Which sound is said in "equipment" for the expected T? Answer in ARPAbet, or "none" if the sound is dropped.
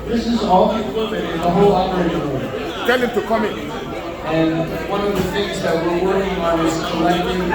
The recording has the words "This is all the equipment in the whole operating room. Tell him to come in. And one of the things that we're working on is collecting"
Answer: none